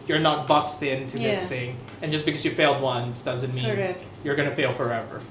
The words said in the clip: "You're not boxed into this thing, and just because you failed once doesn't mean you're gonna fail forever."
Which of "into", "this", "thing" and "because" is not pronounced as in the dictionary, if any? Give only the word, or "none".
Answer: none